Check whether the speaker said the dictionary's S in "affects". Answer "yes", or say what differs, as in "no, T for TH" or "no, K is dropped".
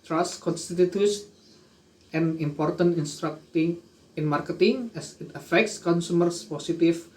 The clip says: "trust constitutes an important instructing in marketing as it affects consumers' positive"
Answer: yes